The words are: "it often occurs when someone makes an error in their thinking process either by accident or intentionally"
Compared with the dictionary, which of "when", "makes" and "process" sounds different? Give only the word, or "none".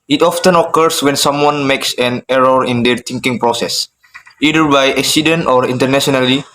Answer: none